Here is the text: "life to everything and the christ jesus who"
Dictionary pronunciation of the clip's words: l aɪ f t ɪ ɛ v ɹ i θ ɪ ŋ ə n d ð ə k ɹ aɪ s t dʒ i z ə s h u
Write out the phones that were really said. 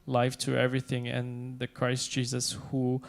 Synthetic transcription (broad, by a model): l aɪ f t ɪ ɛ v ɹ i θ ɪ ŋ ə n ð ə k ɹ aɪ s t dʒ i z ə s h u